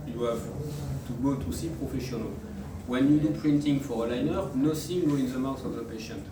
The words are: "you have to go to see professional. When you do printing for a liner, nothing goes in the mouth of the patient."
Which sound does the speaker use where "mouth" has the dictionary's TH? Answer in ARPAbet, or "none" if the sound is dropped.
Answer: S